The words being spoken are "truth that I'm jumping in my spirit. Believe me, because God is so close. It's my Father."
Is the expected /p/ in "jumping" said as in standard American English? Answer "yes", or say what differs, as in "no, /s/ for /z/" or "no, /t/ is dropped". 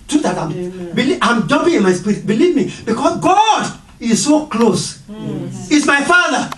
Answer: no, /b/ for /p/